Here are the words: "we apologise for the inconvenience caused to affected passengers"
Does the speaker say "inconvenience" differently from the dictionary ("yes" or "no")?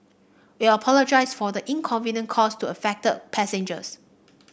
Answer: yes